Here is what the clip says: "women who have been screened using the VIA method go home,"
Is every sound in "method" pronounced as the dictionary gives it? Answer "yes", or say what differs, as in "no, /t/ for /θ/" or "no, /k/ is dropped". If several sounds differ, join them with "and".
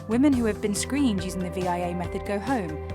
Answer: yes